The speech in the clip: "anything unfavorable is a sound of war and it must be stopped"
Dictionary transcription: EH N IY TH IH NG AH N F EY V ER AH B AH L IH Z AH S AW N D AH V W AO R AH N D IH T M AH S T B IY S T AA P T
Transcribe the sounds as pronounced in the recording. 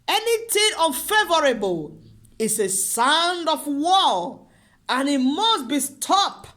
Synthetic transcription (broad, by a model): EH N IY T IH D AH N F EY V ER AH B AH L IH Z AH S AW N D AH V W AO L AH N IH T M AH S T B IY S T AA P